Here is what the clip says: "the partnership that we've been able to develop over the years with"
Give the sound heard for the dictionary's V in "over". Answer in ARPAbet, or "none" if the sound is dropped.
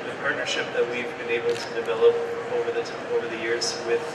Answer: V